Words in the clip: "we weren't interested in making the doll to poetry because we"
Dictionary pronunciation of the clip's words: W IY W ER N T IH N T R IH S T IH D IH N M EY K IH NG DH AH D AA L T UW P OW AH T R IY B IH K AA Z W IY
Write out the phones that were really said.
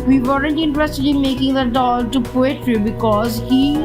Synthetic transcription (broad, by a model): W IY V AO L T IH N T R IH S T IH D IH N M EY K IH NG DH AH D AA L T UW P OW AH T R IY B IH K AA Z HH IY